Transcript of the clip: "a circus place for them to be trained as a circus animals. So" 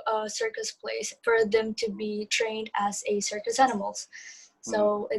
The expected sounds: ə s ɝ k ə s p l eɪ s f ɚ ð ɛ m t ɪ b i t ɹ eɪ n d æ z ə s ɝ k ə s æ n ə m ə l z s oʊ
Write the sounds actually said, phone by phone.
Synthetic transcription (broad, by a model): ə s ɝ k ə s p l eɪ s f ɚ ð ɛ m t ɪ b i t ɹ eɪ n d æ z ə s ɝ k ə s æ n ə m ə l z s oʊ